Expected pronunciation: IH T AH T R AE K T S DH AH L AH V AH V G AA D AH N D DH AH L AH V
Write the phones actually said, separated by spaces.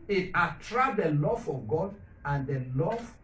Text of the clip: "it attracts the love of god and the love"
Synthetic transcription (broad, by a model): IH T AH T R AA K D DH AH L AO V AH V G AA D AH N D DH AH L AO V